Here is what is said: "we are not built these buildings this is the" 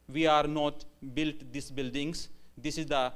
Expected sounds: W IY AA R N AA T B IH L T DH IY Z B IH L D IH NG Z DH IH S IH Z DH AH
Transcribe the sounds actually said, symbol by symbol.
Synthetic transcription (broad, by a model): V IY AA R N AA T B IH L T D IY S B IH L D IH NG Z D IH S IH Z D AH